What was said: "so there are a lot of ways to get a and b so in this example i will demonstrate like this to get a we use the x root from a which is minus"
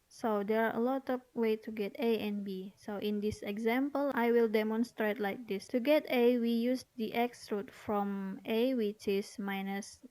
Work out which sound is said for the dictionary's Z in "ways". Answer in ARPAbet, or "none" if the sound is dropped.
none